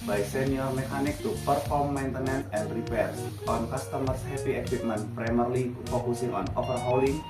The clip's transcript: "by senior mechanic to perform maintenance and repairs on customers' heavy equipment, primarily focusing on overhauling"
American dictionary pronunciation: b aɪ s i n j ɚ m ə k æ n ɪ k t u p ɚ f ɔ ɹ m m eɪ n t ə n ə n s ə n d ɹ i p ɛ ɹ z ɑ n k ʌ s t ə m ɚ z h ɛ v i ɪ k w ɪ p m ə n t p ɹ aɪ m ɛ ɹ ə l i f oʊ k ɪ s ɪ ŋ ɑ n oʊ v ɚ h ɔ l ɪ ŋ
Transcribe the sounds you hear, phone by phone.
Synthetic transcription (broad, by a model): b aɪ s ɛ n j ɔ m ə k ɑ n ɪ k t u p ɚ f ɔ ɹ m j n t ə n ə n ə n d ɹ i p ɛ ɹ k ɑ n k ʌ s t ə m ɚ s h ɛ p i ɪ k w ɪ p m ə n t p ɹ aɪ m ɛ ɹ l i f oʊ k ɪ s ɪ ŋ ɑ n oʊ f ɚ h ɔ l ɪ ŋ